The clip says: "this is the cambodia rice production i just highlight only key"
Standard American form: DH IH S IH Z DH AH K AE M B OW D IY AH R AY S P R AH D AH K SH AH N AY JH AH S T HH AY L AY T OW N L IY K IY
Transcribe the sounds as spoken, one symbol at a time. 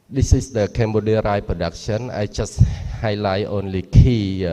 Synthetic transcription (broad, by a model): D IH S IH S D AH K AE M B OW D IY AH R AY P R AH D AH K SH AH N AY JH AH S HH AY L AY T OW N L IY K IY